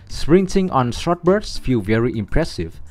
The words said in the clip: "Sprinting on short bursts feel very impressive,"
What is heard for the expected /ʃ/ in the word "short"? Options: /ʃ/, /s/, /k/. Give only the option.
/s/